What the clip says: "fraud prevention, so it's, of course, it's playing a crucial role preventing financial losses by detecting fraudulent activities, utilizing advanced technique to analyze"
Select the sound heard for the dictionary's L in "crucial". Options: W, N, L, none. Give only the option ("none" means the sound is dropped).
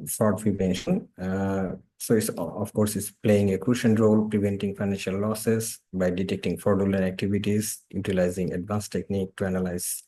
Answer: N